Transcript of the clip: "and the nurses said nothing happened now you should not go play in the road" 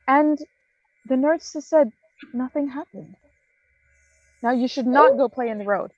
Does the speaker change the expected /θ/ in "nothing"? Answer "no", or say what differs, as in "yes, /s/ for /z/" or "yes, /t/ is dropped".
no